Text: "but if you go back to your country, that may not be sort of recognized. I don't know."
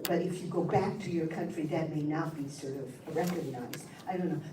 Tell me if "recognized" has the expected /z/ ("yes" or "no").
yes